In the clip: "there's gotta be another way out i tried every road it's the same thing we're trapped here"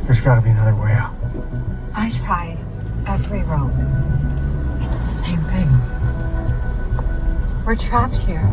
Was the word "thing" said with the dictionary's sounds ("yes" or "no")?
yes